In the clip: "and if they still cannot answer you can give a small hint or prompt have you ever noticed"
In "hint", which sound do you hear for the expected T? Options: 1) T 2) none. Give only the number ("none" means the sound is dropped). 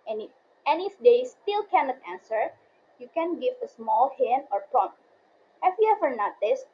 2